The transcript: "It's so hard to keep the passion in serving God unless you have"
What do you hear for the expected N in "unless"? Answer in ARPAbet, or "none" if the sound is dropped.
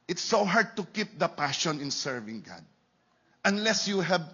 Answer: N